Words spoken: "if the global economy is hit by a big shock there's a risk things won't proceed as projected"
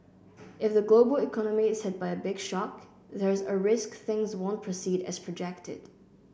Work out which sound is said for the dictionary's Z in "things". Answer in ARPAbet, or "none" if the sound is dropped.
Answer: Z